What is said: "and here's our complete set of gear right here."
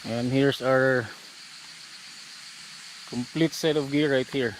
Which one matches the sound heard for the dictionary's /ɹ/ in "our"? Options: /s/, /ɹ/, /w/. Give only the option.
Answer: /ɹ/